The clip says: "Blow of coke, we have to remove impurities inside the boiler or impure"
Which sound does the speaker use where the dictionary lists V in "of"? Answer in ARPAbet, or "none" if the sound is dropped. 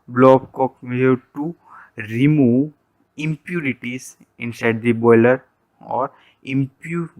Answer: B